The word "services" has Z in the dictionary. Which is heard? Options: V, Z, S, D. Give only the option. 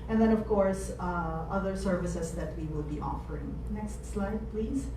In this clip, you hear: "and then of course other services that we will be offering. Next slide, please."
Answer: S